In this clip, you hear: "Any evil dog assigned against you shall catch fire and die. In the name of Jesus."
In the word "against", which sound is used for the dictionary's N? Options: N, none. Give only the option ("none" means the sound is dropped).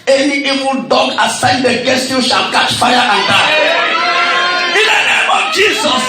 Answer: none